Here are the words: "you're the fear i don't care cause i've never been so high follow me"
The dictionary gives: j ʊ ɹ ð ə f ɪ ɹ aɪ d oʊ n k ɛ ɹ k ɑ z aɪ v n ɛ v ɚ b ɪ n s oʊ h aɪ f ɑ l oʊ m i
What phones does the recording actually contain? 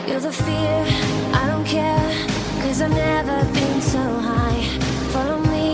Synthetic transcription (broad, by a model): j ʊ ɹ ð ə f ɪ ɹ aɪ d oʊ n k ɛ ɹ k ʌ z aɪ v n ɛ v ɚ b ɪ n s oʊ h aɪ f ɑ l oʊ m i